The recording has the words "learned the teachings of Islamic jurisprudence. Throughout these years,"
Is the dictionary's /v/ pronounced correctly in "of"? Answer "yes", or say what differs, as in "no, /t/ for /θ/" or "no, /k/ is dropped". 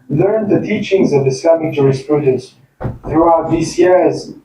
yes